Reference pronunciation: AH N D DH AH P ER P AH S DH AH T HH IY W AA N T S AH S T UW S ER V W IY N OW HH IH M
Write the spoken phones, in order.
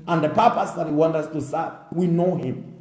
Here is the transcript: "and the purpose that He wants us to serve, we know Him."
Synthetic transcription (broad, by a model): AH N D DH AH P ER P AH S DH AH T HH IY W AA N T AH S T UW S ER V W IY N OW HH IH M